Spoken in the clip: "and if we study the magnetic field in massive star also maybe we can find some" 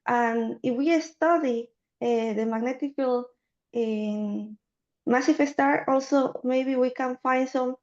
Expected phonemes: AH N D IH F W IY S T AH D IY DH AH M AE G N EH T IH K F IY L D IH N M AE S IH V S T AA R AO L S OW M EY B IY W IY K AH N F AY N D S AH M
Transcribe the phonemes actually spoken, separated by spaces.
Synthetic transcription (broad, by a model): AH N IH F W IY S T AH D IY DH AH M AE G N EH T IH K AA L IH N M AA S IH F S T AA R AO L S OW M EY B IY W IY K AH N F AY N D S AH M